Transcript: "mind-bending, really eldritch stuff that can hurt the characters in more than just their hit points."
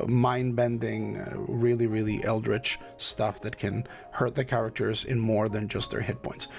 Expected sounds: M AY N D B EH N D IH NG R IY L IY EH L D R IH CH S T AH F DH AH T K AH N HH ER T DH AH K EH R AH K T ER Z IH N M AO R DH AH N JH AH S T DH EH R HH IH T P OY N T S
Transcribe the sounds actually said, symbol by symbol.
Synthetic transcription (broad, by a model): M AY N B EH N D IH NG R IY L IY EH L D R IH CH S T AH F DH AH T K AH N HH ER T DH AH K EH R AH K T ER Z IH N M AO R DH AH N JH AH S T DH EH R HH IH T P OY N T S